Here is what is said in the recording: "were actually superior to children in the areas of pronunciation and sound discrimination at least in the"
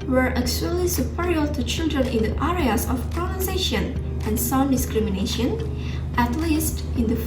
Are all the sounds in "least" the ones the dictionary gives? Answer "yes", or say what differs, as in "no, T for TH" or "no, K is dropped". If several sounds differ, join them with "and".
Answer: yes